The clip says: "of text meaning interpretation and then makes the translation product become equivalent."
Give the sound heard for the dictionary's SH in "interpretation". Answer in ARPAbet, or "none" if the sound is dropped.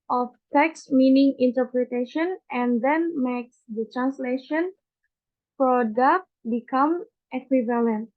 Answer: SH